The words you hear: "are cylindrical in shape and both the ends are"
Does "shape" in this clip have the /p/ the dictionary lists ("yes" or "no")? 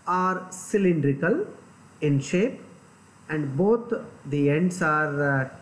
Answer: yes